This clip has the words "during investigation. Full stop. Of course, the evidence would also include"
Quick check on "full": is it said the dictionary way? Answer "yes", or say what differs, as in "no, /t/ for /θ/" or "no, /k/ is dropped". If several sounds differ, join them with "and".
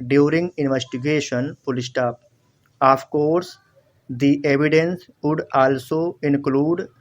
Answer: no, /p/ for /f/